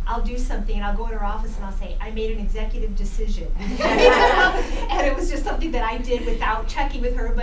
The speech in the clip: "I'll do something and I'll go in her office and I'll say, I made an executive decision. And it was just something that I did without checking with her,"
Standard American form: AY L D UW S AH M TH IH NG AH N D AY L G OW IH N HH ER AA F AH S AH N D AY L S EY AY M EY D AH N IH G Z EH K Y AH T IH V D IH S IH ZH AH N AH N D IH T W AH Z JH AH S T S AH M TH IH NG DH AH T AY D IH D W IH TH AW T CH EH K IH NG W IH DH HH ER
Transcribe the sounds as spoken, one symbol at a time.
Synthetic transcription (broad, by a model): AY L D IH S AH M TH IH NG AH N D AY L G OW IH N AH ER AA F AH S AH N AY L S EY AY M EY D AH N IH G Z EH K Y AH T IH V D IH S IH ZH AH N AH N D IH T W AH Z JH AH S T S AH M TH IH NG DH AH T AY D IH D W IH TH AW T CH EH K IH NG W IH DH ER